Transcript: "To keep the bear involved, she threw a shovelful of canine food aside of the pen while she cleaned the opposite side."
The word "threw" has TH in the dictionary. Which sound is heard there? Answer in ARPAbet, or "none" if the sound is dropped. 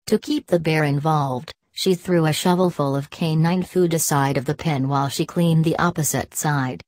TH